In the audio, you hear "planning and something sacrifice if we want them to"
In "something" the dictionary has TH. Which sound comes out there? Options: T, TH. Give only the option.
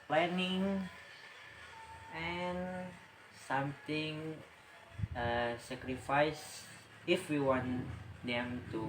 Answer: T